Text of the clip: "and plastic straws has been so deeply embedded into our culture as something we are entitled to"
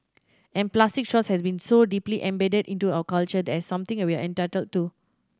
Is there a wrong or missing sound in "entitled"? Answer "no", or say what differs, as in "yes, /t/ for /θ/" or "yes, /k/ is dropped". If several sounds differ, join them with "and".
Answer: no